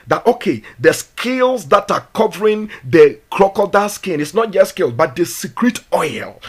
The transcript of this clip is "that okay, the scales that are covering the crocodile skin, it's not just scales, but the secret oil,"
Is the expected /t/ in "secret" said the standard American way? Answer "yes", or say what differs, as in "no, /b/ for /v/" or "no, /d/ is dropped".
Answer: yes